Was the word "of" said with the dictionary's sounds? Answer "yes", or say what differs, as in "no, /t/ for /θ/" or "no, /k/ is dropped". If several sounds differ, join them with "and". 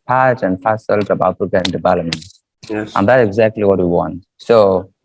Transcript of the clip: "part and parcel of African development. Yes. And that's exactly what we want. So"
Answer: no, /b/ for /v/